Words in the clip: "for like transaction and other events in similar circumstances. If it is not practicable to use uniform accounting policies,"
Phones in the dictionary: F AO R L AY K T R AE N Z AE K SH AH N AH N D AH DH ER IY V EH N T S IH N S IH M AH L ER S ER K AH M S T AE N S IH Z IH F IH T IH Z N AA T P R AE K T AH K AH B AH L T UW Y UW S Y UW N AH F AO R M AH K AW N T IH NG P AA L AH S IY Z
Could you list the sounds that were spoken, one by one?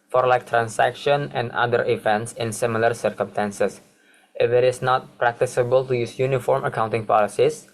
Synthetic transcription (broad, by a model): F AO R L AY K T R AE N S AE K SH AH N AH N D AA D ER IY V EH N T S IH N S IH M AH L ER S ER K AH M S T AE N S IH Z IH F IH T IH S N AA T P R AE K T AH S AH B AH L T UW Y UW S Y UW N AH F AO R M AH K AW N T IH NG P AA L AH S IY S